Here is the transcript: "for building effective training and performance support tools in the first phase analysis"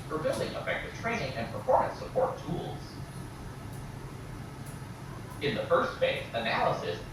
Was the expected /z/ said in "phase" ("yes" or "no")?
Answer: no